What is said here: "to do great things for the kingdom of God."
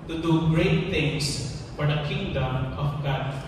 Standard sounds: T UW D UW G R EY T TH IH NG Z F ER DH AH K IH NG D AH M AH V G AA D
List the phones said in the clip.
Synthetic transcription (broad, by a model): T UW D UW G R EY T T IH NG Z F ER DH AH K IH NG D AH M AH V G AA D